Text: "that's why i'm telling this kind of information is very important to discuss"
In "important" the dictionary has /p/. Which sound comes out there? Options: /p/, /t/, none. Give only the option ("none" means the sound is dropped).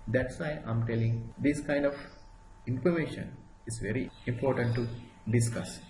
/p/